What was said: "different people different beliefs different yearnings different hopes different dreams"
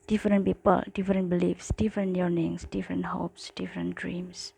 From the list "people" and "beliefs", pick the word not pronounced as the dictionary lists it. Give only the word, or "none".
none